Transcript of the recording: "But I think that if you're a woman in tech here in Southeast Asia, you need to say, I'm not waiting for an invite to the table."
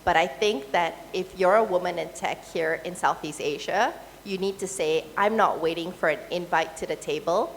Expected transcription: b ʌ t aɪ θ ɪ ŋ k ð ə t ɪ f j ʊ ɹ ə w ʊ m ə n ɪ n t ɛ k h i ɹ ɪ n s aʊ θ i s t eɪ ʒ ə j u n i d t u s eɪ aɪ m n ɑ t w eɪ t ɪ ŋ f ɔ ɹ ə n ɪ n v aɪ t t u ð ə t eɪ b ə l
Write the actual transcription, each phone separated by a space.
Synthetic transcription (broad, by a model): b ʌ t aɪ θ ɪ ŋ k ð ə t ɪ f j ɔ ɹ ə w ʊ m ə n ɪ n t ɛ k h i ɹ ɪ n s aʊ θ i s t eɪ ʒ ə j u n i d t u s eɪ aɪ m n ɑ t w eɪ t ɪ ŋ f ɔ ɹ ə n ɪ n v aɪ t t u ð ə t eɪ b ə l